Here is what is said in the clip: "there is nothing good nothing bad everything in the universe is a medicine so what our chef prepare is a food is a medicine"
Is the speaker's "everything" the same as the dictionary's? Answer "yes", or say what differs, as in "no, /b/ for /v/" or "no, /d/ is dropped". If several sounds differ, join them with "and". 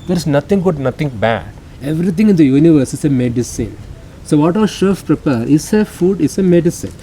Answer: no, /t/ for /θ/